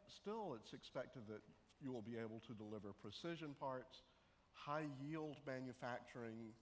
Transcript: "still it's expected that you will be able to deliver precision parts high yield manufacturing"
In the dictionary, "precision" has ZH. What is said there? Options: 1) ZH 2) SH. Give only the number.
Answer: 1